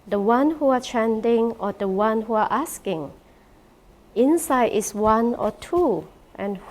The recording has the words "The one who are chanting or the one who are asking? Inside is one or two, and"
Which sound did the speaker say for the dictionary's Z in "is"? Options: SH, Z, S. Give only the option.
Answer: S